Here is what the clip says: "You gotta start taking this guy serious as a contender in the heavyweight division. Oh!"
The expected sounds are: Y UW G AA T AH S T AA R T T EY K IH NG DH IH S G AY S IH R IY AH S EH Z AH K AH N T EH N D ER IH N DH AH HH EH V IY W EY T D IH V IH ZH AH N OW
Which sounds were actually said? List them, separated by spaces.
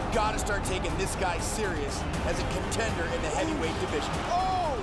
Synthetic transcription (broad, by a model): G AA T AH S T AA R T T EY K IH NG DH IH S G AY S IH R IY AH S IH Z AH K AH N T EH N D ER IH N DH AH HH EH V IY W EY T D IH V IH ZH AH N OW